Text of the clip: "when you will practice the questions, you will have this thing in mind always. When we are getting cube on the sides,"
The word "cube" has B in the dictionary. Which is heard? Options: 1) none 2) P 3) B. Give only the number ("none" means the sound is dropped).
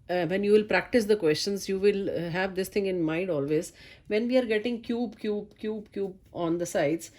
3